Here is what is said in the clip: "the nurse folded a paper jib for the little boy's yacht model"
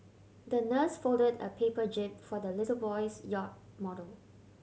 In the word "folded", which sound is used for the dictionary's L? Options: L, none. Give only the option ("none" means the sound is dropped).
L